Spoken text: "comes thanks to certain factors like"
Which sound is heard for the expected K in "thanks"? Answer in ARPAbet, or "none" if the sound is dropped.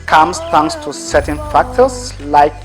none